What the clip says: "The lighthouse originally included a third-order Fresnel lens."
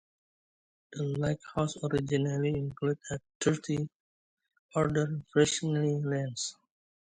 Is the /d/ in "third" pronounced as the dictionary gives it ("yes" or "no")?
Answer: no